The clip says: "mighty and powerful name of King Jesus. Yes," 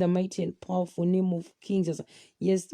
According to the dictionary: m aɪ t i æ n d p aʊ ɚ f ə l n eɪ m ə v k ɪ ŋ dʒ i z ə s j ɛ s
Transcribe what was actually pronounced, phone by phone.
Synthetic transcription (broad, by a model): m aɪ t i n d p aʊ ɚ f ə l n eɪ m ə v k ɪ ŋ z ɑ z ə j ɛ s